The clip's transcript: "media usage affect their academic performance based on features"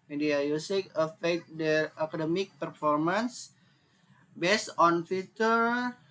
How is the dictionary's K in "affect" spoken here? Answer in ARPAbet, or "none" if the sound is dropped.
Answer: none